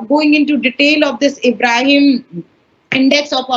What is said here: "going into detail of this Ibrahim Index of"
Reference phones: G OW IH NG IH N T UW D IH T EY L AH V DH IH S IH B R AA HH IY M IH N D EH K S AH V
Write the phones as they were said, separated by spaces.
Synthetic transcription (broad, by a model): G OW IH NG IH N T UW D IH T EY L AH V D IH S IH B R AA HH IY M IH N D EH K S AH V